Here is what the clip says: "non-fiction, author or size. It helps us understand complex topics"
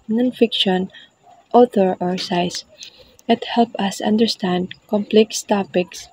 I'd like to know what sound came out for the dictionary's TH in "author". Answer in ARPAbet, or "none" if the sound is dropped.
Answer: T